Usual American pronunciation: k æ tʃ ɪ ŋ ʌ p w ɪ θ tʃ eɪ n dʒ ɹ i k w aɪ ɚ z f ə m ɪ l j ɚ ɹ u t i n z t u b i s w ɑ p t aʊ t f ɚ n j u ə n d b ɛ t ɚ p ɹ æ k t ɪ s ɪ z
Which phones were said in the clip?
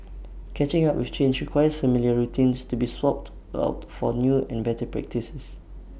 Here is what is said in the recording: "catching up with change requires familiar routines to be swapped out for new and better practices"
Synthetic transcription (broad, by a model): k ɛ tʃ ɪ ŋ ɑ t w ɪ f tʃ eɪ n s ɹ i k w aɪ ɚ s f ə m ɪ l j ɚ ɹ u t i n s t u b i s w ɑ p t aʊ t f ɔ n j u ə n b ɛ t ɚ p ɹ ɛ k t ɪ s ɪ s